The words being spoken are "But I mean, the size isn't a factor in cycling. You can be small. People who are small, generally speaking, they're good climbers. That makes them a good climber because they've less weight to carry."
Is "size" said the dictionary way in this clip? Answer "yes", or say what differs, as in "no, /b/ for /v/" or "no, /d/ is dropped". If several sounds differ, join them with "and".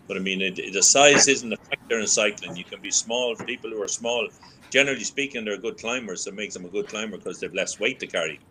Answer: yes